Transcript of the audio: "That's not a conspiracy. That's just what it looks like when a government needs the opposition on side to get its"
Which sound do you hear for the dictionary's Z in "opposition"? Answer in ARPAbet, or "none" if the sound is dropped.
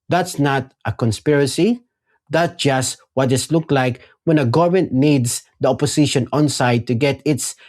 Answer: S